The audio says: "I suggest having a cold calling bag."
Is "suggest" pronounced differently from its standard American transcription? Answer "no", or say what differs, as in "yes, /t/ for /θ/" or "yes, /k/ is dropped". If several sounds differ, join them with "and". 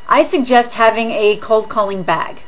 no